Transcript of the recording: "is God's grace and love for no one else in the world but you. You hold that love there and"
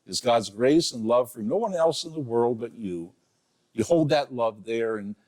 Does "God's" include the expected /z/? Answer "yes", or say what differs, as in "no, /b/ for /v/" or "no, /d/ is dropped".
yes